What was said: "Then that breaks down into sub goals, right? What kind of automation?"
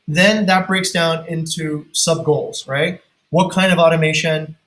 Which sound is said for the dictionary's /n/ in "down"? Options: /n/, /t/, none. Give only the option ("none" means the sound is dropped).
/n/